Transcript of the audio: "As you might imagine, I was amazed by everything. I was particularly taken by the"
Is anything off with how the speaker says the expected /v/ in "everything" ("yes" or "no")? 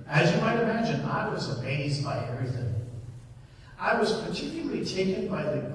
yes